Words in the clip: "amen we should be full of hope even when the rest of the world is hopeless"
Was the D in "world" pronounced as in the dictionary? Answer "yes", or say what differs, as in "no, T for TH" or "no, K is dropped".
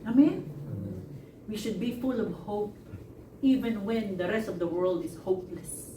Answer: yes